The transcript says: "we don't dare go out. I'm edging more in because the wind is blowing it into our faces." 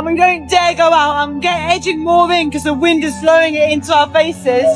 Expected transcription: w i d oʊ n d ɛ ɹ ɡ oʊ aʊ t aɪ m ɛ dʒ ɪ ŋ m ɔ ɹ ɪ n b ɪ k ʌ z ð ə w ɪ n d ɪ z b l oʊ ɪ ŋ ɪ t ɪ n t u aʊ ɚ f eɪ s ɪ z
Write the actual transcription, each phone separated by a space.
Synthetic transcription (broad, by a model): w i d oʊ n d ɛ ɡ oʊ aʊ t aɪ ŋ ɛ dʒ ɪ ŋ m ɔ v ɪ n k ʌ z ð ə w ɪ n d ɪ z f l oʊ ɪ ŋ ɪ t ɪ n t u aʊ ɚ f eɪ s ɪ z